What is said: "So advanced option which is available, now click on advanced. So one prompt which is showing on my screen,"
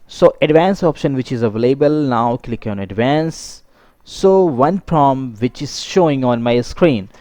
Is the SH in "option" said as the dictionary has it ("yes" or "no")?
yes